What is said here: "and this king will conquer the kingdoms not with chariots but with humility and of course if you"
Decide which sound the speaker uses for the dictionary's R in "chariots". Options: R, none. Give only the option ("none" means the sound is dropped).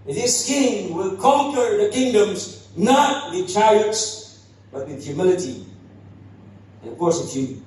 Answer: none